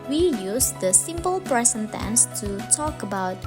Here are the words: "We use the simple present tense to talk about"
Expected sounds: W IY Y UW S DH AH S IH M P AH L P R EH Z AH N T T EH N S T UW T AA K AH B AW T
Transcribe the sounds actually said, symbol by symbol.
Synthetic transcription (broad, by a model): W IY Y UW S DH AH S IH M P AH L P R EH S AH N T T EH N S T UW T AA K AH B AW T